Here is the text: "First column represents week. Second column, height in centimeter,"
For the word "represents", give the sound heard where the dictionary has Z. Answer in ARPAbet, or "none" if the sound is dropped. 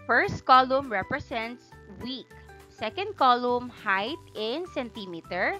S